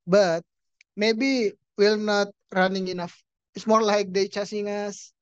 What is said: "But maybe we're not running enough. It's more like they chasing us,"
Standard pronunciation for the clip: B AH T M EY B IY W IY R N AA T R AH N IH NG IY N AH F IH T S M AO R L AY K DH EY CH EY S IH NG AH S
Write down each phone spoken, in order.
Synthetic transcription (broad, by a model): B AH T M EY B IY W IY L N AA T R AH N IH NG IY N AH F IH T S M AO R L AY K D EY CH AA S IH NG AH S